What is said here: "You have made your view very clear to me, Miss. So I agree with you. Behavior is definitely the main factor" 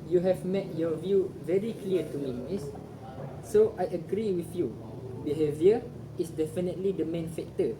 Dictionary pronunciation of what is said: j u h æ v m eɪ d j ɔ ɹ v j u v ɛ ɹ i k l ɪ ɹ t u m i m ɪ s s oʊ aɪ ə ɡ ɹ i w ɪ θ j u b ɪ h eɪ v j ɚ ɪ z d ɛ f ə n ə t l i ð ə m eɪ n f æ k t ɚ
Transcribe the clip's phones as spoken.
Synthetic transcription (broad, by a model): j u h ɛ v m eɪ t j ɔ v j u v ɛ ɹ i k l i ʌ t u m i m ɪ s s oʊ aɪ ə ɡ ɹ i w ɪ θ j u b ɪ h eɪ v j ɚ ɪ s d ɛ f ə n ə t l i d ə m eɪ n f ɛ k t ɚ